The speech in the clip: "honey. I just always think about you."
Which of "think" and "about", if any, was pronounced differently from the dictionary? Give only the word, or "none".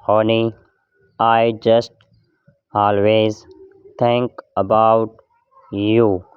think